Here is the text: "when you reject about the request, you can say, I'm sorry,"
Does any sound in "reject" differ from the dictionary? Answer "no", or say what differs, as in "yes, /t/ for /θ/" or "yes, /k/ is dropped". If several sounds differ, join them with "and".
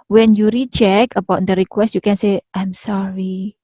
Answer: yes, /tʃ/ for /dʒ/ and /t/ is dropped